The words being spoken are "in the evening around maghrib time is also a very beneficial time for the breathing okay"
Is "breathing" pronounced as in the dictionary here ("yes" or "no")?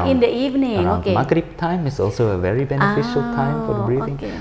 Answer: no